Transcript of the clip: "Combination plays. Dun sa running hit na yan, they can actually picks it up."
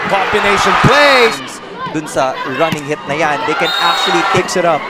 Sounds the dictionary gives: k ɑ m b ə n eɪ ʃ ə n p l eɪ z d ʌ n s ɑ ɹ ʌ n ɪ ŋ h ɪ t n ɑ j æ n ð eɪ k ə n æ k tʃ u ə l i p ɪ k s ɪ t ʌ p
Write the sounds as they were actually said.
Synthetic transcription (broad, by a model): k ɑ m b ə n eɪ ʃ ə n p l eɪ d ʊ n s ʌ ɹ ʌ n ɪ ŋ h ɪ t n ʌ j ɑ n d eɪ k ə n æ k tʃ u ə l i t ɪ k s ɪ t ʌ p